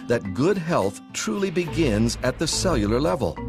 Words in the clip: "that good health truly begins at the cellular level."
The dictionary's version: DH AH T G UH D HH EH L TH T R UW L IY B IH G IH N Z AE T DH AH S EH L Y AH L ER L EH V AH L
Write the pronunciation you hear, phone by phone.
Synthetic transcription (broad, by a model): DH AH T G UH D HH EH L TH T R UW L IY B IH G IH N Z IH T DH AH S EH L Y L ER L EH V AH L